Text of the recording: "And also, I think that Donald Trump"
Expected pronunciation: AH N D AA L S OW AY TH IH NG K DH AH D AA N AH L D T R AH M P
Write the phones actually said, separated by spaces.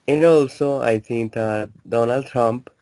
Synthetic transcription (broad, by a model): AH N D AA L S OW AY T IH NG K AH D AA N AH L D T R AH M P